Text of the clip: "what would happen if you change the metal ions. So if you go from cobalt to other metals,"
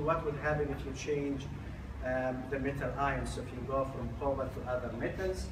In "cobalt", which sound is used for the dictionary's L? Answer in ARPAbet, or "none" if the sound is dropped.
none